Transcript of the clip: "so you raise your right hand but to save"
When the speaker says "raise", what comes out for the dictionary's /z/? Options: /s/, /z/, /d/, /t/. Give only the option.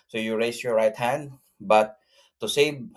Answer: /s/